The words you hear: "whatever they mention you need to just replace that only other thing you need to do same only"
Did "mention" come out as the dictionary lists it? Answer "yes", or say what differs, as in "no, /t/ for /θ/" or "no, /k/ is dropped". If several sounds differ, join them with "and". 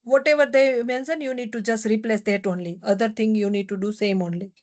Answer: no, /s/ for /ʃ/